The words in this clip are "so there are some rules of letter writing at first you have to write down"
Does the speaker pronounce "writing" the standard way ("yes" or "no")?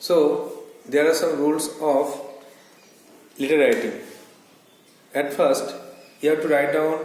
no